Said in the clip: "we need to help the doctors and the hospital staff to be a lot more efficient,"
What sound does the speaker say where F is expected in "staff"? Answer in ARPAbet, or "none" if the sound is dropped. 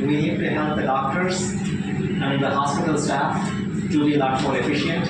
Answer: F